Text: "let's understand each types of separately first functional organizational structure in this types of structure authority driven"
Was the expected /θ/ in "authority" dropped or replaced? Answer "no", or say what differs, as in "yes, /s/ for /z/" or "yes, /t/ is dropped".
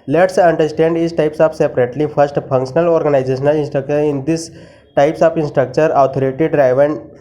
yes, /t/ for /θ/